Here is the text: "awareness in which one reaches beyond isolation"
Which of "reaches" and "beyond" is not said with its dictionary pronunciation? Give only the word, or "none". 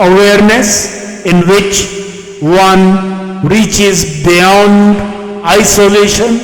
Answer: none